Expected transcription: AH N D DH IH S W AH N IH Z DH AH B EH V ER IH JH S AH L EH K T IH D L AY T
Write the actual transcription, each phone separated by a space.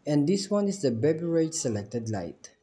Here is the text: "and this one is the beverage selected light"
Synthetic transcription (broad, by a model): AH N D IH S W AH N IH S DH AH B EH B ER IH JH S AH L EH K T IH D L AY T